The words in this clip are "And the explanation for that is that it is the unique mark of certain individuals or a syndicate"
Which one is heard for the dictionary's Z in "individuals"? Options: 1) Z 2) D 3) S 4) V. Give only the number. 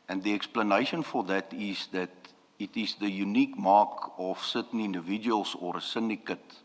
3